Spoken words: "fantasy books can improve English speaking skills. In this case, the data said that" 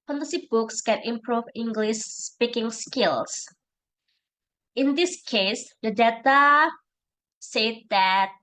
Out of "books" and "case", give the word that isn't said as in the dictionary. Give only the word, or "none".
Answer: none